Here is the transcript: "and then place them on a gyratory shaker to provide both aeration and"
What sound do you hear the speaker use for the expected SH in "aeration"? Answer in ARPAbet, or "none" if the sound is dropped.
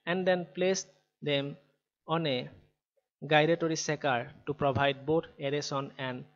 S